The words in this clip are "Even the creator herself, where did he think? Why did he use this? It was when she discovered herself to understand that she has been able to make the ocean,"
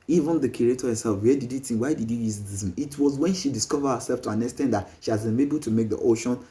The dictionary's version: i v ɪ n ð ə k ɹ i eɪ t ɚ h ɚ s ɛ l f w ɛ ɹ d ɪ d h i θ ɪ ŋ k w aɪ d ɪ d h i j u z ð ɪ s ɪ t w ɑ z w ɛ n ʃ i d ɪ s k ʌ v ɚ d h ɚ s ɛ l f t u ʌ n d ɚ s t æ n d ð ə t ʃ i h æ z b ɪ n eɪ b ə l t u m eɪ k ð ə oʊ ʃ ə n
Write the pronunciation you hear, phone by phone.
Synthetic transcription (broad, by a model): i v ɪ n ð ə k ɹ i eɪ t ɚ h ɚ s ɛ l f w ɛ d ɪ d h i t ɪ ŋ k w aɪ d ɪ d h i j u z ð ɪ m ɪ t w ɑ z w ɛ n ʃ i d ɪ s k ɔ v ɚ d h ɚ s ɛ l f t u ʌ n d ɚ s t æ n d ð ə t ʃ i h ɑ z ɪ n eɪ b ə l t u m eɪ k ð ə oʊ ʃ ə n